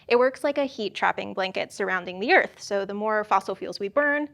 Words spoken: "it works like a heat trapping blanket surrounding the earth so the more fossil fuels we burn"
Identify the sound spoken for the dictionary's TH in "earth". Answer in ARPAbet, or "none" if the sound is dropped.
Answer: TH